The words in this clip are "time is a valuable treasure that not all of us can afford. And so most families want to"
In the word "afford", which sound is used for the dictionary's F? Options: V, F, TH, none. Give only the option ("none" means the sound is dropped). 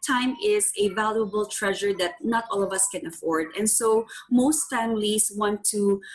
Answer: F